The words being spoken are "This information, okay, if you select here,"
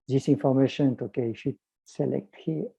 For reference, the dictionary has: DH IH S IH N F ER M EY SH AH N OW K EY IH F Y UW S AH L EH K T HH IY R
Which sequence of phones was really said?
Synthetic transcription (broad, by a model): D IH S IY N F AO M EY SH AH N OW K EY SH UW S AH L EH K T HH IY